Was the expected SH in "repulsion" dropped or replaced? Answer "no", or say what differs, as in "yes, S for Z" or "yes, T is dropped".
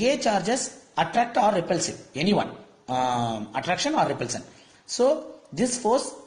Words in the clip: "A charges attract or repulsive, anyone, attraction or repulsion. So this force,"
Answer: yes, S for SH